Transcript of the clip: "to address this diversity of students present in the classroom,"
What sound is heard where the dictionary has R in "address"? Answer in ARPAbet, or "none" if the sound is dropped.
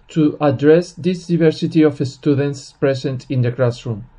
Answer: R